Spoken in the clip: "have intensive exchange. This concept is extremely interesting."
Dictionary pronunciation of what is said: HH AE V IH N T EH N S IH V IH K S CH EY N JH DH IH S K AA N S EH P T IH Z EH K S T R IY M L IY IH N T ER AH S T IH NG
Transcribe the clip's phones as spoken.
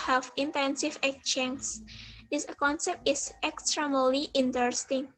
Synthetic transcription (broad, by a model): HH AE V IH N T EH N S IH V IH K CH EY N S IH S K AA N S EH P T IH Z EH K S T R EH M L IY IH N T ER S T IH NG